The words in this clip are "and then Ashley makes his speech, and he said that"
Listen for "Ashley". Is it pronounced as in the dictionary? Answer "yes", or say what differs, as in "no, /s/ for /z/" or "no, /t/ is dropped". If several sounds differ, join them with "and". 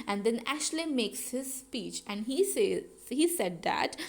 yes